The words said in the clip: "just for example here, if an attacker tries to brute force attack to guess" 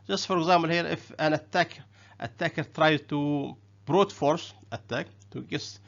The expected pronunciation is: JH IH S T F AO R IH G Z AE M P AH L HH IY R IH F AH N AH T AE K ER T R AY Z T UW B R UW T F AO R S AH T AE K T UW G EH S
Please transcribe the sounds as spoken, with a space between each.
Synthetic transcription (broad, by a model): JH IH S T F AO R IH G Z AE M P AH L HH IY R IH F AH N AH T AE K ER T R AY T UW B R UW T F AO R S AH T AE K T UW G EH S